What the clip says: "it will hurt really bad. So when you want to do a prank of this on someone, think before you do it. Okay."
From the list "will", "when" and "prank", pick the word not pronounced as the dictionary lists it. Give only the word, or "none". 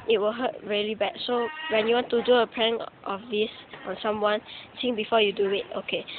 prank